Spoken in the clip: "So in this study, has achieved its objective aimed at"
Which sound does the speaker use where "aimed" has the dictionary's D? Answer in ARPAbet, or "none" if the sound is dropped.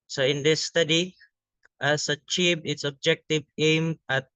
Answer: none